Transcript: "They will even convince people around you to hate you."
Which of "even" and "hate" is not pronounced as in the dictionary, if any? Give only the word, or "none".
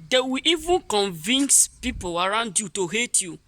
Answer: none